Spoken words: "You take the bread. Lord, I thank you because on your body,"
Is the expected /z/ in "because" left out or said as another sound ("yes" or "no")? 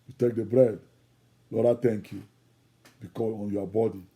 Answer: yes